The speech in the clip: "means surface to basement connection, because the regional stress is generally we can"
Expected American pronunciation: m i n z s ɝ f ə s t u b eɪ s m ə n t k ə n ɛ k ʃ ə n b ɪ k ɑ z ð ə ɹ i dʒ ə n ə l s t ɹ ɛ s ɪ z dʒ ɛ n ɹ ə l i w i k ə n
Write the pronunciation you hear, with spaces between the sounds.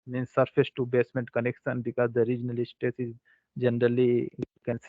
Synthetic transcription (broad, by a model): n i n s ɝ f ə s t u b eɪ s m ə n t k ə n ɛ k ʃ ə n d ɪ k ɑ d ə ɹ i dʒ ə n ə l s t ɛ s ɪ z dʒ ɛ n ɹ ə l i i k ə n